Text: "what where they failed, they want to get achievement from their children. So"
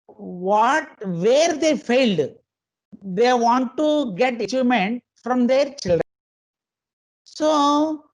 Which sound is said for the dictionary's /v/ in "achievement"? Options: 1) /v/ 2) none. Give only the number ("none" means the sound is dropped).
2